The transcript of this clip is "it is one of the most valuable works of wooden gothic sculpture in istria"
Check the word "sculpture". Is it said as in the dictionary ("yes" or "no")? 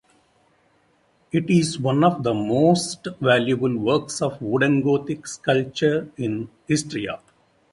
no